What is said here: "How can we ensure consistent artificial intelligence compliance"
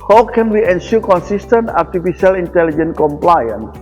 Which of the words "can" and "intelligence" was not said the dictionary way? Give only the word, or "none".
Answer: intelligence